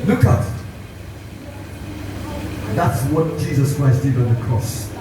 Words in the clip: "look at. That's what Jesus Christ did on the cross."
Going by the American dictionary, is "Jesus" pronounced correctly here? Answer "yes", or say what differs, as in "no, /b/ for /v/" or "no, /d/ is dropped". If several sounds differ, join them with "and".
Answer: yes